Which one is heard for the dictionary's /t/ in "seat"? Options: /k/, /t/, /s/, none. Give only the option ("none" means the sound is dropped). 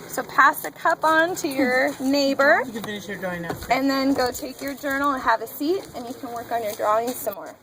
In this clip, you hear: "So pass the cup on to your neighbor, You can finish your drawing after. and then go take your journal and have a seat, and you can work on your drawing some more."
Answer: /t/